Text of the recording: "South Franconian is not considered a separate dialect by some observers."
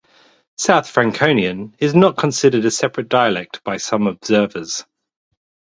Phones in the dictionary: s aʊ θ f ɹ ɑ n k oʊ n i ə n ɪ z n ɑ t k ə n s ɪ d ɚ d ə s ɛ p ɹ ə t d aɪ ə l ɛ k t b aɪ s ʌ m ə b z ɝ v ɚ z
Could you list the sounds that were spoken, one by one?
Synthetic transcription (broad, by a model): s aʊ θ f ɹ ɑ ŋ k oʊ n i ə n ɪ z n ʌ t k ə n s ɪ d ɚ d ə s ɛ p ɹ ə t d aɪ ə l ɛ k t b aɪ s ʌ m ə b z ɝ v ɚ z